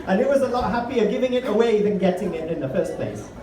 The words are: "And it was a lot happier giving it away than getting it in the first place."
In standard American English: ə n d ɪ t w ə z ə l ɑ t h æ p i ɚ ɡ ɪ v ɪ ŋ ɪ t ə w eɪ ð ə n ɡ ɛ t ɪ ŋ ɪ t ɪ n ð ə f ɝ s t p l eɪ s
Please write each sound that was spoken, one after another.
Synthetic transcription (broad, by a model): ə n ɪ t w ə z ə l ɑ t h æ p i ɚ ɡ ɪ v ɪ ŋ ɪ t ə w eɪ ð ə n ɡ ɛ t ɪ ŋ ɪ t ɪ n ð ə f ɝ s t p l eɪ s